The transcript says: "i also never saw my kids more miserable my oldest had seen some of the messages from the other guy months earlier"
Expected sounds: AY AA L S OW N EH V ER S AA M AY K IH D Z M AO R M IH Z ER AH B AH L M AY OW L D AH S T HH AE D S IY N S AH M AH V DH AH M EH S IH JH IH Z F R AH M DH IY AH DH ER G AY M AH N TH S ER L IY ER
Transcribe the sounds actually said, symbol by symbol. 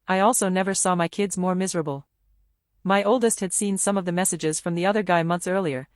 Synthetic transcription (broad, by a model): AY AA L S OW N EH V ER S AA M AY K IH D Z M AO R M IH Z ER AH B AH L M AY OW L D AH S T HH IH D S IY N S AH M AH V DH AH M EH S IH JH IH Z F R AH M DH IY AH DH ER G AY M AH N TH S ER L IY ER